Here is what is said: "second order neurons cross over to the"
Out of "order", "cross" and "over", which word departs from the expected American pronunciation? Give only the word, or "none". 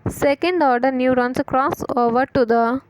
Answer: none